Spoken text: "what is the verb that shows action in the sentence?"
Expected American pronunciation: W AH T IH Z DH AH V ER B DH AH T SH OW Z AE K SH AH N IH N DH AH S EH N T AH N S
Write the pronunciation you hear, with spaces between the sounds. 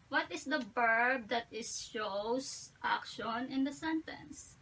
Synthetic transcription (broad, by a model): W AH T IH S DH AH B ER B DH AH T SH OW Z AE K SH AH N IH N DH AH S EH N T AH N S